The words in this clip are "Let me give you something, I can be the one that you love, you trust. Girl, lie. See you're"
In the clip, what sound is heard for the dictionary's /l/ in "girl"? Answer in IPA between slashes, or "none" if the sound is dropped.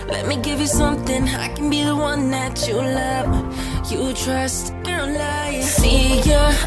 /n/